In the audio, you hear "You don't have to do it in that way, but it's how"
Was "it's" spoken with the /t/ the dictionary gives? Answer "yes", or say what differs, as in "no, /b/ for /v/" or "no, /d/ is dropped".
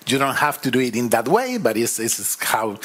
no, /s/ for /t/